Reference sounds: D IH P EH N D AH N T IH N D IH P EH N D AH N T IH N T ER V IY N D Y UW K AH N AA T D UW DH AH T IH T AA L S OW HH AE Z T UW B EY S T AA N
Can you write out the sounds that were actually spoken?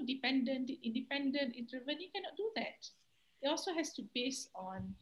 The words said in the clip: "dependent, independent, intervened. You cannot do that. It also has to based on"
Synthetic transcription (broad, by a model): D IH P EH N D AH N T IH N D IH P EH N D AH N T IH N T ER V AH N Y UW K AH N AA T D UW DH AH T IH T AA L S OW HH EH S T UW B EY S AA N